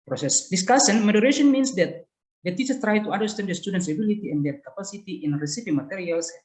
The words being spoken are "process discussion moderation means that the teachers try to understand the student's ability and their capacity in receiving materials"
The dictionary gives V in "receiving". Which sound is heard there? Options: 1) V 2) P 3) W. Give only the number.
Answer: 2